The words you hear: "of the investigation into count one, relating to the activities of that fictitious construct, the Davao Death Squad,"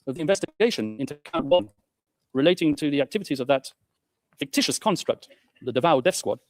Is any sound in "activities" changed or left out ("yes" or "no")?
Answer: no